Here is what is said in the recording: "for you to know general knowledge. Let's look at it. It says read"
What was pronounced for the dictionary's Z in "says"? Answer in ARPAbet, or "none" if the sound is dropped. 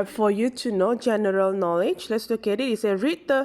none